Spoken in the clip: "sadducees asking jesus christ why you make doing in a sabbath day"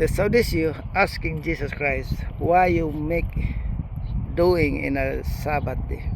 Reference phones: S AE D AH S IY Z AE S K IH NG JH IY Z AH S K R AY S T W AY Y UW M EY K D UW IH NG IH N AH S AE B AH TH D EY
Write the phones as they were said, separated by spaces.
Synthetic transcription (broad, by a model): S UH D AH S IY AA S K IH NG JH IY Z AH S K R AY S T W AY Y UW M EY K D UW IH NG IH N AH S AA B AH T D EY